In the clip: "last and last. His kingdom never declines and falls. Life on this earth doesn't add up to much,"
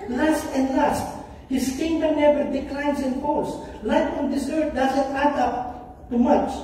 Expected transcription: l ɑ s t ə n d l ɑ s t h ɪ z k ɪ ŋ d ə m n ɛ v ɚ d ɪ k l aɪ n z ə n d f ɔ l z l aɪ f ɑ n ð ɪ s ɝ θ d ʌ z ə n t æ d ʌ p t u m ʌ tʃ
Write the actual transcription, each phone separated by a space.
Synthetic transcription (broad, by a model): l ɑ s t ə n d l ɑ s t h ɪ s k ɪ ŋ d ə n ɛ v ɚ d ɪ k l aɪ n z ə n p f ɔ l s l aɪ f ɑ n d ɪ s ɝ t d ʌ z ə n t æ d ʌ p t u m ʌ tʃ